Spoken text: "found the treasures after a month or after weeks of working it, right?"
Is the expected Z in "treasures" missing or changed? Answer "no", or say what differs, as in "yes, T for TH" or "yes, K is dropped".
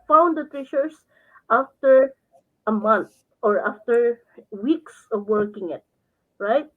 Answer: yes, S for Z